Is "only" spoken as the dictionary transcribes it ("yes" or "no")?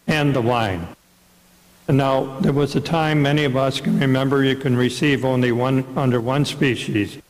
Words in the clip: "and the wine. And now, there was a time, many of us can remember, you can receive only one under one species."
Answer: yes